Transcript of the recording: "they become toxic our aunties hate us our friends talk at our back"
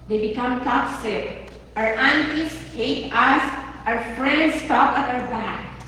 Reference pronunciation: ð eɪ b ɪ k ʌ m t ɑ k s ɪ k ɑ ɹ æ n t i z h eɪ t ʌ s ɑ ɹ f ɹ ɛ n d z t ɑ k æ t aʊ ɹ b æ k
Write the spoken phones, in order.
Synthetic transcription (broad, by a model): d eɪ b ɪ k ʌ m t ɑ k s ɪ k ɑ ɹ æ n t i s h eɪ t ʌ s ɑ ɹ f ɹ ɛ n d s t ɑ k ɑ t aʊ ɹ b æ k